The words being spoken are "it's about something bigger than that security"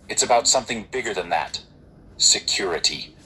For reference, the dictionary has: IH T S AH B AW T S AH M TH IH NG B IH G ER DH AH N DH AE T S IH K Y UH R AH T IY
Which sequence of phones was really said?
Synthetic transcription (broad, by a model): IH T S AH B AW T S AH M TH IH NG B IH G ER DH AH N DH AE T S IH K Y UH R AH T IY